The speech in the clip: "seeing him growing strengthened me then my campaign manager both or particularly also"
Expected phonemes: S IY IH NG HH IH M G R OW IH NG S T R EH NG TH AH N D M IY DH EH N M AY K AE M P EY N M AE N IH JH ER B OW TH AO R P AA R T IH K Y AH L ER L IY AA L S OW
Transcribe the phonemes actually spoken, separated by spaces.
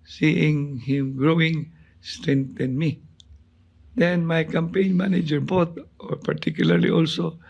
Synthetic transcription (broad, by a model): S IY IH NG HH IH M G R OW IH NG S T R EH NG T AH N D M IY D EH N M AY K AE M P EY N M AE N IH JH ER B OW T AO R P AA R T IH K Y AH L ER L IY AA L S OW